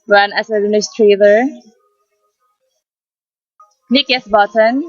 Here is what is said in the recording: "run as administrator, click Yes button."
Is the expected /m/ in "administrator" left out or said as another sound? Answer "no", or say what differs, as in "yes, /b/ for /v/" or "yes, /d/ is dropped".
yes, /m/ is dropped